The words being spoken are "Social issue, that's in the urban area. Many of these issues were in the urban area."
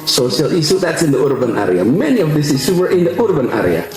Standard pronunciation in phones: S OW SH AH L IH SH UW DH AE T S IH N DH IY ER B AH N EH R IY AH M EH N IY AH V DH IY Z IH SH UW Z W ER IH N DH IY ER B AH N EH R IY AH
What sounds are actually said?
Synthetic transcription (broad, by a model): S OW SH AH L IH S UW DH AE T S IH N DH IY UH B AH N EH R IY AH M EH N IY AH V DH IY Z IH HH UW W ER IH N DH IY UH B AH N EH R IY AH